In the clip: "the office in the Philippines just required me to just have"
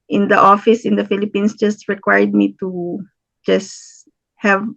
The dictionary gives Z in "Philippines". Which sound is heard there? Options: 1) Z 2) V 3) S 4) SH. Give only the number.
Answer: 3